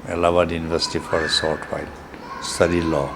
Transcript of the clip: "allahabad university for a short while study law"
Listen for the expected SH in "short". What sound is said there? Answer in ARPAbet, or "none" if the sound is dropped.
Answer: S